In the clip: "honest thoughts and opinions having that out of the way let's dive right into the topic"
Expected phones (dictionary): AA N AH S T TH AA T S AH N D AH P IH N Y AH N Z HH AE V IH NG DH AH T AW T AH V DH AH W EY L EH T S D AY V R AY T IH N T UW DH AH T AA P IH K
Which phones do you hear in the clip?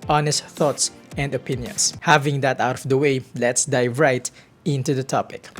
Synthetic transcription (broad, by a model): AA N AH S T TH AA T S AH N D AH P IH N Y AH N S HH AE V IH NG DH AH T AW T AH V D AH W EY L EH T S D AY V R AY T IH N T UW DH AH T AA P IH K